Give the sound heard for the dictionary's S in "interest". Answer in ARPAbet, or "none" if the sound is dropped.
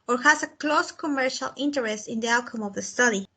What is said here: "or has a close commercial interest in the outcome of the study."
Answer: S